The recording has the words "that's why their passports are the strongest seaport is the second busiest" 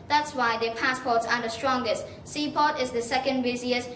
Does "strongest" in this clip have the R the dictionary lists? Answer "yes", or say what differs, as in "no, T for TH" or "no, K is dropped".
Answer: yes